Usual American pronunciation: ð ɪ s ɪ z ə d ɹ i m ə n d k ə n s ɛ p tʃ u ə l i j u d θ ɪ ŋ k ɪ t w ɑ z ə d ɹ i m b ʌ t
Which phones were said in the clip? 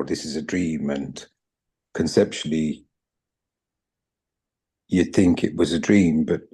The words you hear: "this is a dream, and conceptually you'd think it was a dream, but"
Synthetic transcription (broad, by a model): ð ɪ s ɪ z ə d ɹ i m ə n k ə n s ɛ p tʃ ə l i j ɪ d θ ɪ ŋ k ɪ t w ɑ z ə d ɹ i m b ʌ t